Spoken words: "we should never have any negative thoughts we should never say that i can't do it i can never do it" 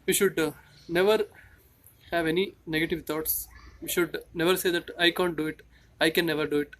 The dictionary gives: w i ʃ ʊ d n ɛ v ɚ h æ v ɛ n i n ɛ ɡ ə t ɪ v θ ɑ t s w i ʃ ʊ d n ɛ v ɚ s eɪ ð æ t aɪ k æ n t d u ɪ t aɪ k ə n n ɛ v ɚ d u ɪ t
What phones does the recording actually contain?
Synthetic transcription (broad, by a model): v i ʃ ʊ d n ɛ v ɚ h æ v ɛ n i n ɛ ɡ ə t ɪ v t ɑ t s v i ʃ ʊ d n ɛ v ɚ s eɪ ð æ t aɪ k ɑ n t d u ɪ t aɪ k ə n n ɛ v ɚ d u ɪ t